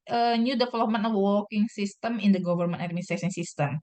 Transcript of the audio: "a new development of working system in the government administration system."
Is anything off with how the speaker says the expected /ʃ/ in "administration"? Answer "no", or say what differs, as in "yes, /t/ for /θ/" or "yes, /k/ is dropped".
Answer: yes, /s/ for /ʃ/